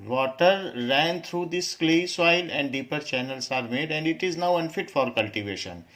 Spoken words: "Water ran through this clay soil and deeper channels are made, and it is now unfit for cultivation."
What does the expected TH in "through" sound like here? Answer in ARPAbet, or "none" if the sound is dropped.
T